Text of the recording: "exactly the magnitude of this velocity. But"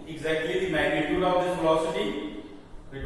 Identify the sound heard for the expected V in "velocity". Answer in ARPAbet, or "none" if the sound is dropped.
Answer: F